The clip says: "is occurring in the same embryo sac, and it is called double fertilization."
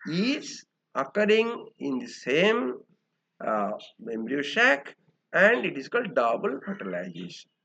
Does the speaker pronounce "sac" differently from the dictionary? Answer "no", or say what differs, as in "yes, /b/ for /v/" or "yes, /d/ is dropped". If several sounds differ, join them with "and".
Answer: yes, /ʃ/ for /s/